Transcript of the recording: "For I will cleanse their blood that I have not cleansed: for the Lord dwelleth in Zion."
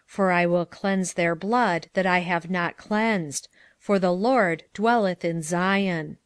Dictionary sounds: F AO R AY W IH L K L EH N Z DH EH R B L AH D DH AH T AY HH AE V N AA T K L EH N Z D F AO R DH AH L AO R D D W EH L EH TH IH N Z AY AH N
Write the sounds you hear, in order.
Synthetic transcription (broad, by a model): F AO R AY W IH L K L EH N Z DH EH R B L AH D DH AH T AY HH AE V N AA T K L EH N Z D F AO R DH AH L AO R D D W EH L EH TH IH N Z AY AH N